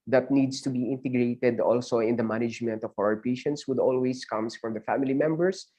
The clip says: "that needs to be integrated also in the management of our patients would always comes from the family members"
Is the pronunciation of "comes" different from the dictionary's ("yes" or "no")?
yes